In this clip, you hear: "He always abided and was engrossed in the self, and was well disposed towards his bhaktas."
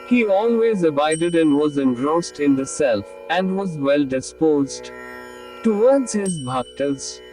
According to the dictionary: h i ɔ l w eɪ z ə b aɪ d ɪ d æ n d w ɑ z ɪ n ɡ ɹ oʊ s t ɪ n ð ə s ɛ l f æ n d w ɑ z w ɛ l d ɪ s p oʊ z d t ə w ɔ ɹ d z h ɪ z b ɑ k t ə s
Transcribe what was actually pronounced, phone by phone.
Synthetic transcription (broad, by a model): h i ɔ l w eɪ z ə b aɪ d ɪ d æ n d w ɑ z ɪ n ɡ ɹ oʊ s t ɪ n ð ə s ɛ l f æ n d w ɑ z w ɛ l d ɪ s p oʊ z d t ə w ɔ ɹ d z h ɪ z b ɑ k t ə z